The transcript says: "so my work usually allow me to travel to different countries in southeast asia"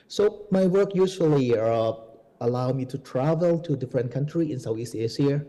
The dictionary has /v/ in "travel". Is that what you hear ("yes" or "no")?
yes